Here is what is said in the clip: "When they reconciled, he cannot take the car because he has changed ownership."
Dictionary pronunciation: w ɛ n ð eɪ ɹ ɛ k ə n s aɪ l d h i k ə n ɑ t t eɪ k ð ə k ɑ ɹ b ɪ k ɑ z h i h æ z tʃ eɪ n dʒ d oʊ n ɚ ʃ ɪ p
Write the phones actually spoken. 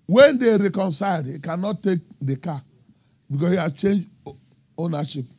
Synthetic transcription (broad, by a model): w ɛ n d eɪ ɹ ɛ k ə n s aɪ d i k ə n ɑ t t eɪ k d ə k ɑ b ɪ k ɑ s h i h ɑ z tʃ eɪ n dʒ oʊ n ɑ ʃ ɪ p